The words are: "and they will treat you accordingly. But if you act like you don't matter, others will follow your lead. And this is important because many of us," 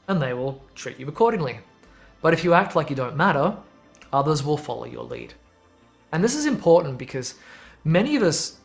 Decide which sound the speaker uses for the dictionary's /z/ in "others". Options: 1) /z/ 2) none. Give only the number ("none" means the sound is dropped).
1